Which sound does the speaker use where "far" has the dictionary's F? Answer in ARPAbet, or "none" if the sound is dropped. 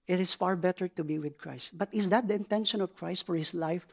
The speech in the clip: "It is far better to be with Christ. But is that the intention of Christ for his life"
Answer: F